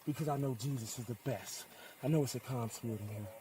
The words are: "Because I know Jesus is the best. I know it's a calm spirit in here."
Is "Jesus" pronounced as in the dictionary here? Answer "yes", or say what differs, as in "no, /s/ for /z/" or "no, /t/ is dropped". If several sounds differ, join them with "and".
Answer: yes